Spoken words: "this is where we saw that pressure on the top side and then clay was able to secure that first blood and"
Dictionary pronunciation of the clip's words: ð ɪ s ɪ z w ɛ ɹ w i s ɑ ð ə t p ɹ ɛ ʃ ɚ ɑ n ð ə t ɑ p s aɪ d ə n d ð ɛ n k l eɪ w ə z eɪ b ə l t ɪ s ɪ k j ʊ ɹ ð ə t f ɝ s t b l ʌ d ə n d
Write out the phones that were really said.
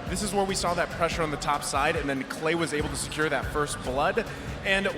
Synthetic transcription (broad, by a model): ð ɪ s ɪ z w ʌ ɹ w i s ɑ ð ə t p ɹ ɛ ʃ ɚ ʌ n ð ə t ɑ p s aɪ d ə n ð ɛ n k l eɪ w ə z eɪ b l t ɪ s ɪ k j ʊ ɹ ð ə t f ɝ s t b l ʌ d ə n